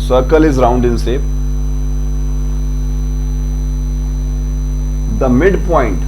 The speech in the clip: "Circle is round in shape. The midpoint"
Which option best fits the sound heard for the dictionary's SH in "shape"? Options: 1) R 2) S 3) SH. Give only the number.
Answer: 2